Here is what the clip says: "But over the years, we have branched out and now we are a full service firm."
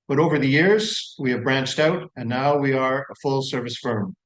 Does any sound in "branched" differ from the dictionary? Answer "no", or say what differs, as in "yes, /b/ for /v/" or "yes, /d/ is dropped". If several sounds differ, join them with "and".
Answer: no